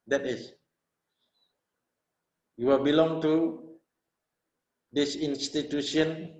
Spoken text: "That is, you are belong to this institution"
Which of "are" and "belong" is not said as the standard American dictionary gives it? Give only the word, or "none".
are